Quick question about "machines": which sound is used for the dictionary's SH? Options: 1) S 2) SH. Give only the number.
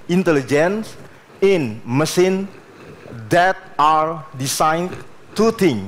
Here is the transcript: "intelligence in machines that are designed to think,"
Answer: 1